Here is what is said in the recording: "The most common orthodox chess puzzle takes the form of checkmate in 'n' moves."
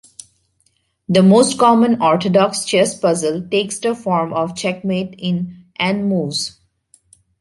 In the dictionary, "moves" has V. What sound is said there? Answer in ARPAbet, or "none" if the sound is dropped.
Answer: none